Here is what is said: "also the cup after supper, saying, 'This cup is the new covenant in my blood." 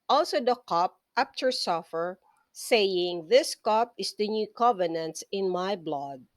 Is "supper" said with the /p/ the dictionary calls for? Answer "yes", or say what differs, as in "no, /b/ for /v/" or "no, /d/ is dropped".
no, /f/ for /p/